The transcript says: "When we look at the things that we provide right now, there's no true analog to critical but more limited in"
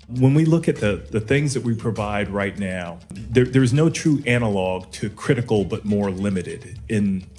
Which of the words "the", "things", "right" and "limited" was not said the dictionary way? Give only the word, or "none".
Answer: none